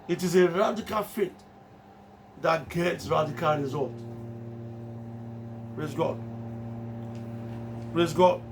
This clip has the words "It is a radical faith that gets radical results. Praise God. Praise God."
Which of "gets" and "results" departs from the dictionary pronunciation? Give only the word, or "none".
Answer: results